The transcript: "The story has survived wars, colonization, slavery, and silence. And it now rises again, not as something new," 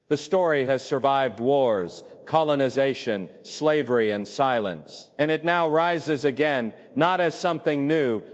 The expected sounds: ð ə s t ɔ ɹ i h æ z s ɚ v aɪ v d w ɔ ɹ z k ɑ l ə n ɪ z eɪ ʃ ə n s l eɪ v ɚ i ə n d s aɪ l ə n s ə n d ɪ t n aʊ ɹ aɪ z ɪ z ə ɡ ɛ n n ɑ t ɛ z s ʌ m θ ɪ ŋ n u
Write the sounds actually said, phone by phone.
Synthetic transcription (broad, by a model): ð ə s t ɔ ɹ i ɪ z s ɚ v aɪ v d w ɔ ɹ z k ɑ l ə n ɪ z eɪ ʃ ə n s l eɪ v ɚ i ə n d s aɪ l ə n s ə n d ɪ t n aʊ ɹ aɪ z ɪ z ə ɡ ɛ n n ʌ t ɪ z s ʌ m θ ɪ ŋ n u